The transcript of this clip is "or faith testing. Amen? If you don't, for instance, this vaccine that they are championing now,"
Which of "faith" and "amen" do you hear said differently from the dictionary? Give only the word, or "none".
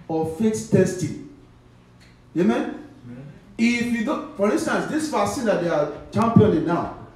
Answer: faith